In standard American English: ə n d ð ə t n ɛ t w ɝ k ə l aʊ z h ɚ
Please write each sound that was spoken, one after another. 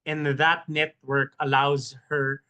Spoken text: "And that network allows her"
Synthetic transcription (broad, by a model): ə n ð ə t n ɛ t w ɝ k ə l aʊ z h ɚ